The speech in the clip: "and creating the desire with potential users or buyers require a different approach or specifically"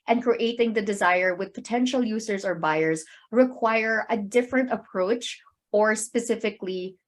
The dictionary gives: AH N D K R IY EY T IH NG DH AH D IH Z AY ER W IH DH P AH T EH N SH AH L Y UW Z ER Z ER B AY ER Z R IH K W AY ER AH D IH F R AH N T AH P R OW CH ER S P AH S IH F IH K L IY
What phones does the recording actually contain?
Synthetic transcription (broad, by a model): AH N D K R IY EY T IH NG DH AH D IH Z AY ER W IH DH P AH T EH N SH AH L Y UW Z ER Z ER B AY ER Z R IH K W AY ER AH D IH F R AH N T AH P R OW CH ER S P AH S IH F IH K L IY